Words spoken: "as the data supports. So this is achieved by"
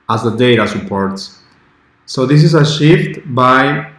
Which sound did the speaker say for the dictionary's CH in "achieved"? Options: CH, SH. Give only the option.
SH